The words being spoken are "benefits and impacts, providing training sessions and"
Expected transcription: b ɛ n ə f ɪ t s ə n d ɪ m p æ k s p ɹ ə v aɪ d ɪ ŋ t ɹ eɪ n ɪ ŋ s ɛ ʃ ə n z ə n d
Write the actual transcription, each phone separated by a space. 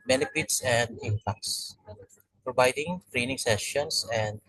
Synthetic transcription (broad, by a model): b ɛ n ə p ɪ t s ə n d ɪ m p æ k s p ɹ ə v aɪ d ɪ ŋ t ɹ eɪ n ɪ ŋ s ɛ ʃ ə n s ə n d